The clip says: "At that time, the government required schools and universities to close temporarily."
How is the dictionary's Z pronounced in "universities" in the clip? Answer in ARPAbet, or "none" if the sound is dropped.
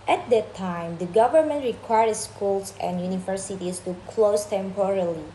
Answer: S